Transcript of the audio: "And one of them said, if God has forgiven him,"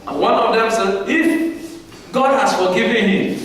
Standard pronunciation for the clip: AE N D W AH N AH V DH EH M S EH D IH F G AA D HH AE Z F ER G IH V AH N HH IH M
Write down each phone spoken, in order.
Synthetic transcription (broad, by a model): W AH N AH V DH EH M S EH IH F G AA D HH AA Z F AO G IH V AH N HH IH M